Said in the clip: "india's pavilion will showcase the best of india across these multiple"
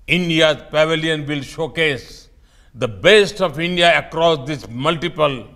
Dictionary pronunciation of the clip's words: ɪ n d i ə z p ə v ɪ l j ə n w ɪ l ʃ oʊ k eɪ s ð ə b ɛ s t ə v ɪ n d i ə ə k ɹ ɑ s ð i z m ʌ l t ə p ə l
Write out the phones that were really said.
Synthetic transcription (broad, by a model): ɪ n d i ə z p ə v ɪ l j ə n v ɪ l ʃ oʊ k eɪ s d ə b ɛ s t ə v ɪ n d i ə ə k ɹ ɑ s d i s m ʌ l t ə p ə l